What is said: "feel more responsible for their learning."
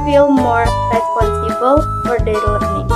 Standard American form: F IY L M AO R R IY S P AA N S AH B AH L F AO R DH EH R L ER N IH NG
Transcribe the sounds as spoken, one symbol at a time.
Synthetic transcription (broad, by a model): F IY L M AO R R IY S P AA S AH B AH L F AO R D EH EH L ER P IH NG